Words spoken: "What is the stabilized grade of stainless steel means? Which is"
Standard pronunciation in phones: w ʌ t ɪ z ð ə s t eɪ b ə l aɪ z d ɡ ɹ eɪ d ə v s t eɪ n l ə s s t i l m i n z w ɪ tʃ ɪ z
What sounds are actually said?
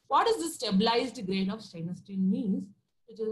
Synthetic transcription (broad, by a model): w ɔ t ɪ z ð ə s t eɪ b ə l aɪ z d ɡ ɹ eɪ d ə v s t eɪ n ə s s t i n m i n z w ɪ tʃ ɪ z